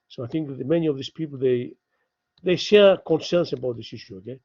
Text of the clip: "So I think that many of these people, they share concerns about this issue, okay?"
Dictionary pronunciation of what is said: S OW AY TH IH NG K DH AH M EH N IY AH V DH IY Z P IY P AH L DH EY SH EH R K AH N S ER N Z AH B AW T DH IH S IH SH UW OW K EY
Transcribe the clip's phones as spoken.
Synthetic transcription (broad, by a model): S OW AY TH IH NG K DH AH M EH N IY AH V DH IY S P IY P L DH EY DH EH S K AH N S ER N S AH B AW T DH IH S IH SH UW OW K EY